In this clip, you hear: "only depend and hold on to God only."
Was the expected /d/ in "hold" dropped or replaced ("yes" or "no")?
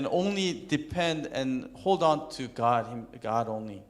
no